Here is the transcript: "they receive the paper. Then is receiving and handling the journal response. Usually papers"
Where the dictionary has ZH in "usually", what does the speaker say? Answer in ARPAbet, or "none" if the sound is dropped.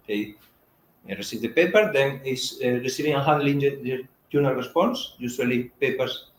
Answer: S